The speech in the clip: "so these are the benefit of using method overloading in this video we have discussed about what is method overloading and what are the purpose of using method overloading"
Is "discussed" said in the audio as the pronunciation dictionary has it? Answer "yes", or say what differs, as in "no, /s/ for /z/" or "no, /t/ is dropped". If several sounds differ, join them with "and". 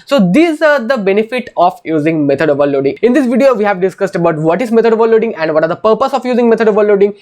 yes